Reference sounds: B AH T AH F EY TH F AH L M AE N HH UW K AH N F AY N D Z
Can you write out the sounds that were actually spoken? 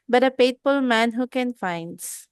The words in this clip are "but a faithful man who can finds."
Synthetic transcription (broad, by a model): B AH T AH P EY T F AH L M AE N HH UW K AH N F AY N D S